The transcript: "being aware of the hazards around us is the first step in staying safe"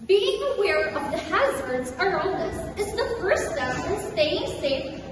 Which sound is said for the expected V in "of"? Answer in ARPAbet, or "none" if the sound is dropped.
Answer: V